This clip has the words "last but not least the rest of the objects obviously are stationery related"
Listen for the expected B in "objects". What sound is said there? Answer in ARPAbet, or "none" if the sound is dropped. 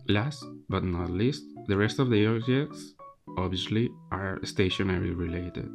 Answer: none